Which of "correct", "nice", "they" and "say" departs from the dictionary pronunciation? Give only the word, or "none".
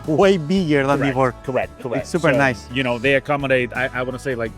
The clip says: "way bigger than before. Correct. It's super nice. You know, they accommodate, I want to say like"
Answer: correct